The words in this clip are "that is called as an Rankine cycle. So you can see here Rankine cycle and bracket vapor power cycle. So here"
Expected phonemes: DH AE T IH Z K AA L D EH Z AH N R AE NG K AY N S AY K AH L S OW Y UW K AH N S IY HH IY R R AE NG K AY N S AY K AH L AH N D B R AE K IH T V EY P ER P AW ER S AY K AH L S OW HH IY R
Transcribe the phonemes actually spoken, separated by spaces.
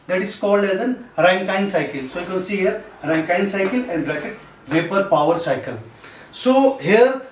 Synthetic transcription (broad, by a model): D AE T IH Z K AA L D EH Z AH N R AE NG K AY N S AY K AH L S OW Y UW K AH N S IY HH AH R R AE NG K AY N S AY K AH L AH N D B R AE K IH T V EY P ER P AW ER S AY K AH L S OW HH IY R